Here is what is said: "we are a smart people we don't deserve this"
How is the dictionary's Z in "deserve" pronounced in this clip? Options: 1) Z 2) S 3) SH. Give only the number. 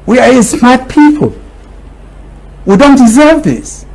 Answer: 1